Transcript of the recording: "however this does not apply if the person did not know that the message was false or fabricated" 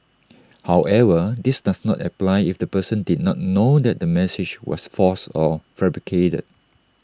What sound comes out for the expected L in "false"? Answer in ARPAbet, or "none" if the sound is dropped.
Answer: none